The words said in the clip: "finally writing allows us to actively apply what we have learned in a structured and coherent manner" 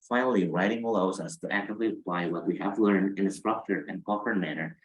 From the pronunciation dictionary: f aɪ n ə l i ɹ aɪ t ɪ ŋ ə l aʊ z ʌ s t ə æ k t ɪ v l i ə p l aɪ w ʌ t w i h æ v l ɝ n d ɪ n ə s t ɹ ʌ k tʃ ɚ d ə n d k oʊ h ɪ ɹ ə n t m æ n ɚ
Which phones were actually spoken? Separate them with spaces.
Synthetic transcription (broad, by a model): f aɪ n l i ɹ aɪ t ɪ ŋ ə l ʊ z ʌ s t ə æ k t ɪ v l i ə p l aɪ w ʌ t w i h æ v l ɝ n d ɪ n ə s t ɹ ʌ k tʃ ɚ ə n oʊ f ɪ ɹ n m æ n ɚ